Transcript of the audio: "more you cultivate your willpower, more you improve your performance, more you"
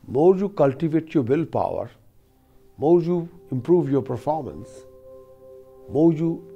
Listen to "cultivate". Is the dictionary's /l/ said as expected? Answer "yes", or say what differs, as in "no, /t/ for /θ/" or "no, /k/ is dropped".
yes